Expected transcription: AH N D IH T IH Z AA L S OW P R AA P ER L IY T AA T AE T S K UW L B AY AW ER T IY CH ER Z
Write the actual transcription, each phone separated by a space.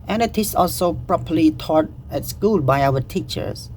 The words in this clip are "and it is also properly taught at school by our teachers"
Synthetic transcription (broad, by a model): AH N IH T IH S AA L S OW P R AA P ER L IY T AA T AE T S K UW L B AY AW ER T IY CH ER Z